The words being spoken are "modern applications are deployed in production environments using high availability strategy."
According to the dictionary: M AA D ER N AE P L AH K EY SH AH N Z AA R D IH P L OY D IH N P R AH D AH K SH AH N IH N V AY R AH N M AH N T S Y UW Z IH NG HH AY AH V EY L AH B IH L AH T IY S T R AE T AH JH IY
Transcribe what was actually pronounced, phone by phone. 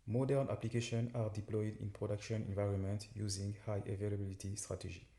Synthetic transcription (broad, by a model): M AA D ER N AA P L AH K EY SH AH N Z AA R D IH P L OY D IH N P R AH D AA K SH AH N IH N V AY R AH N M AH N T Y UW Z IH NG HH AY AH V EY L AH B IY L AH T IY S T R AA T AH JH IY